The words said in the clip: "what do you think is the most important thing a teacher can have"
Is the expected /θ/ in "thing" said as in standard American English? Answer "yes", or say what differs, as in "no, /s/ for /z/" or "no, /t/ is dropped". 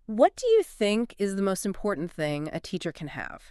yes